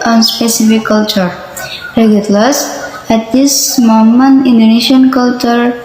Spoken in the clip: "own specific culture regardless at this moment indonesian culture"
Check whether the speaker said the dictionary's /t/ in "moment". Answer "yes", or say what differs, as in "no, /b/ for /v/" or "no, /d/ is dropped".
no, /t/ is dropped